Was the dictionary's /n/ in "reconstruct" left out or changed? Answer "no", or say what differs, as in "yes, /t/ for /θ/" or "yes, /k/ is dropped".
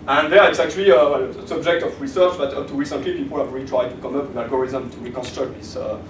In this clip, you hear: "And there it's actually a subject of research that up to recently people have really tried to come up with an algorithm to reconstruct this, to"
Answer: no